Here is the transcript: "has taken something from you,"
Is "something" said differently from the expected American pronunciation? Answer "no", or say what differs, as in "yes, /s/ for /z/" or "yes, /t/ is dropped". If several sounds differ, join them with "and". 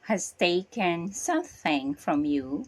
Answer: no